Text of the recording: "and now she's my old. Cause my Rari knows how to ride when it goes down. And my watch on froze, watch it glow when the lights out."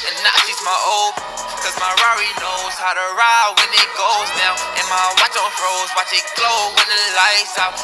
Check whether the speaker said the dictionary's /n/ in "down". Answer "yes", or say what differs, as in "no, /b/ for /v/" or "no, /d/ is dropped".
no, /n/ is dropped